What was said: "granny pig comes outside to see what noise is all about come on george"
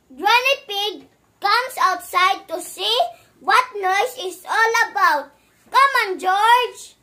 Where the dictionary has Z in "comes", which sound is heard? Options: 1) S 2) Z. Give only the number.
1